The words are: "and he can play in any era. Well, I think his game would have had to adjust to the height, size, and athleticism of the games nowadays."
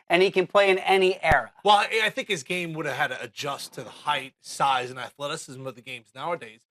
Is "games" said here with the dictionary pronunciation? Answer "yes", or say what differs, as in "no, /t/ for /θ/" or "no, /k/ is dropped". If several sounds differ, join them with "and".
yes